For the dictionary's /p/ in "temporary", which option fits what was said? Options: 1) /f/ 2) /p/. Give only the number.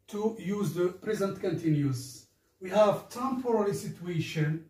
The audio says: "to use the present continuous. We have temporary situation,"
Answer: 1